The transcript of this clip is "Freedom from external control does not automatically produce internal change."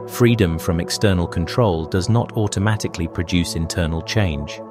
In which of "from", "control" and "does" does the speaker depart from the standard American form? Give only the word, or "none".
none